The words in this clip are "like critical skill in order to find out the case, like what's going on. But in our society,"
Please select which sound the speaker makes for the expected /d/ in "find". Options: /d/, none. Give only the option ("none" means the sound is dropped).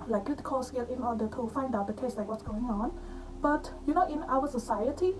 /d/